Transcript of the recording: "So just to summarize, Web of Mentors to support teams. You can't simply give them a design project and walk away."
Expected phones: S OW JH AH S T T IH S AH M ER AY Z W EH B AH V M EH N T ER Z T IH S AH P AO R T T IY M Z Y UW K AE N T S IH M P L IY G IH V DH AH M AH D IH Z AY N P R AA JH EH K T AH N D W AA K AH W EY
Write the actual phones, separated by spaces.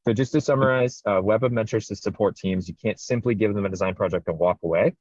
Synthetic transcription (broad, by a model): S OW JH AH S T T IH S AH M ER AY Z W EH B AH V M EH N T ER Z T IH S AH P AO R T T IY M Z Y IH K AE N T S IH M P L IY G IH V DH AH M AH D IH Z AY N P R AA JH EH K T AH N W AA K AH W EY